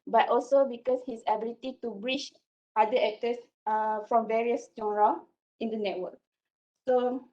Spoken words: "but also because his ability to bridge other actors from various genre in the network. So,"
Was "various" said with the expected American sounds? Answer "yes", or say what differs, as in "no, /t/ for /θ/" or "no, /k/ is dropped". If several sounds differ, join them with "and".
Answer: yes